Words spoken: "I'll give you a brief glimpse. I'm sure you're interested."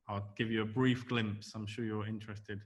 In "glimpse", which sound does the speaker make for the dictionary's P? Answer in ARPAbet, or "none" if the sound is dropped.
P